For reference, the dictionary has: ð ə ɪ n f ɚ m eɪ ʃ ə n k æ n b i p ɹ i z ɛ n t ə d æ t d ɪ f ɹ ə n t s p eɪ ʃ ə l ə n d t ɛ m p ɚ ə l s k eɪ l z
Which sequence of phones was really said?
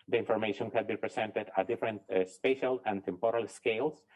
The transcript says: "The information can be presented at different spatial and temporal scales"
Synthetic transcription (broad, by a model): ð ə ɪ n f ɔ m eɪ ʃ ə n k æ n b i p ɹ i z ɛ n t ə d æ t d ɪ f ɹ ə n t s p eɪ ʃ ə l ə n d t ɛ m p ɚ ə l s k eɪ l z